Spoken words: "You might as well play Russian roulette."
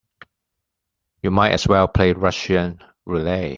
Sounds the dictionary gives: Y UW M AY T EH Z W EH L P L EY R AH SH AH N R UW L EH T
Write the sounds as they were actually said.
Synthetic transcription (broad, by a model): Y UW M AY T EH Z W EH L P L EY R AH SH AH N R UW L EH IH